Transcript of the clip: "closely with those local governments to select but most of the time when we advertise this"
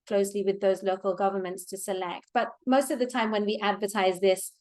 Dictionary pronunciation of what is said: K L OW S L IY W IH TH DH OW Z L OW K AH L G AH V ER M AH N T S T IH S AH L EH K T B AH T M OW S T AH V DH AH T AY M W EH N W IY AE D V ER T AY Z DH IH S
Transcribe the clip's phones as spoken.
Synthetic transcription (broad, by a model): K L OW S L IY W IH DH OW Z L OW K AH L G AH V ER M AH N T S T IH S AH L EH K T B AH T M OW S T AH V DH AH T AY M W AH N W IY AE D V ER T AY Z DH IH S